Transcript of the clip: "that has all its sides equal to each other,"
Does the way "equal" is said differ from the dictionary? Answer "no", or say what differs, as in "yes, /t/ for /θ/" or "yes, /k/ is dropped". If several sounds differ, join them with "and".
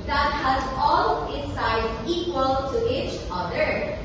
no